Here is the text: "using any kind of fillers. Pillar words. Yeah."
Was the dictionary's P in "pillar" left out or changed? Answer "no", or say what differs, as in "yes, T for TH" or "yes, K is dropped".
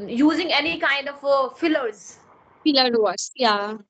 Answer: yes, F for P